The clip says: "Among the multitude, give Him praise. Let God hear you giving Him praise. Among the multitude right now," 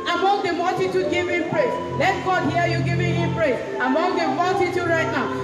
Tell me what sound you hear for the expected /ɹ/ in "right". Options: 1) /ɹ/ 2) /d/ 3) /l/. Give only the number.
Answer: 1